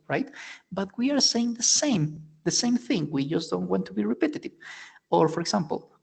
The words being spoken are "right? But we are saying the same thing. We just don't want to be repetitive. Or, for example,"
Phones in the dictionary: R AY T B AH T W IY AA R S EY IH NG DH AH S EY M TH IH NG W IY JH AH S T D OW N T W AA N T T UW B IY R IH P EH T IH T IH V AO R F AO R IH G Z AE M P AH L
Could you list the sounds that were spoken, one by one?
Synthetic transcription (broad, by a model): R AY T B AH T W IY AA R S EY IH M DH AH S EY M TH IH NG W IY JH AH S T D OW N T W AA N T T UW B IY R IH P EH T IH T IH V AO R F AO R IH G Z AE M P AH L